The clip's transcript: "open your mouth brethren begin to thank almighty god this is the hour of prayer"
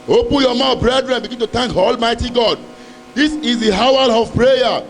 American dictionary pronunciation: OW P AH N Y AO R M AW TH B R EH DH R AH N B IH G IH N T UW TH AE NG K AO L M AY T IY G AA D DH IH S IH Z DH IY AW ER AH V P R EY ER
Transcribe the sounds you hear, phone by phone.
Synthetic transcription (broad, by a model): OW P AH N Y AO M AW B R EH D R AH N B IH G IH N T UW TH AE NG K AO L M AY T IY G AA D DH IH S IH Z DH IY AW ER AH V P R EY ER